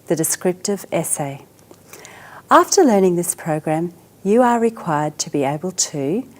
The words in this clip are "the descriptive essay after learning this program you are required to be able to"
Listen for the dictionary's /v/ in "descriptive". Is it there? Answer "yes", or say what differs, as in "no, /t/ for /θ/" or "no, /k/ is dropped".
yes